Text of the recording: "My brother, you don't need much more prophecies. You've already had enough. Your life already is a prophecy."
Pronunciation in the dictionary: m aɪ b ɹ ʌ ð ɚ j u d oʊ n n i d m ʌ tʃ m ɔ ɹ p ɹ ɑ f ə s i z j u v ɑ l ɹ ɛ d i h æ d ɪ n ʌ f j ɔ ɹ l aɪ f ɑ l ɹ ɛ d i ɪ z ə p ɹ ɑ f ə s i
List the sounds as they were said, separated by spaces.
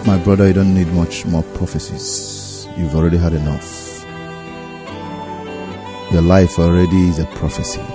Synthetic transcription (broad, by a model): m aɪ b ɹ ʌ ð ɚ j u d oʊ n n i d m ʌ tʃ m ɔ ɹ p ɹ ɑ f ə s i z j u v ɑ l ɹ ɛ d i h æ d ɪ n ʌ f j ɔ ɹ l aɪ f ɑ l ɹ ɛ d i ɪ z ə p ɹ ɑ f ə s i